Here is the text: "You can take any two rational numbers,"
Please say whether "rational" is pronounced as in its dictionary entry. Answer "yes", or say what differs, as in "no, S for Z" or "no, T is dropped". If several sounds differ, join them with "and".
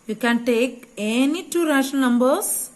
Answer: no, N is dropped and N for L